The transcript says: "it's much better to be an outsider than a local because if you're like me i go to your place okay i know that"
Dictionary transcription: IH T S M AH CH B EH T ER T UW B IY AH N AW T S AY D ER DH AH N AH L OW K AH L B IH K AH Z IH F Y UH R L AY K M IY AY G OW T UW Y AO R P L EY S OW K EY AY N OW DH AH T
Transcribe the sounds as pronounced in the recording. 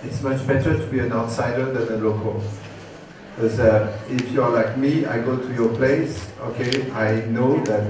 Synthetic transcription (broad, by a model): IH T S M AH CH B EH T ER T UW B IY AH N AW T S AY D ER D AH N AH L OW K AH L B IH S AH IH F Y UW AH L AY K M IY AY G OW T UW Y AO P L EY S OW K EY AY N OW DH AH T